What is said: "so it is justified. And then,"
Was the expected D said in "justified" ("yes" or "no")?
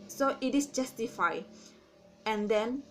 no